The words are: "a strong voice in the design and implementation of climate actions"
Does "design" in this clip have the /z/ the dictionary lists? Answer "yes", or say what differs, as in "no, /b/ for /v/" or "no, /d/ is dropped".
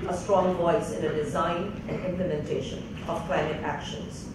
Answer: yes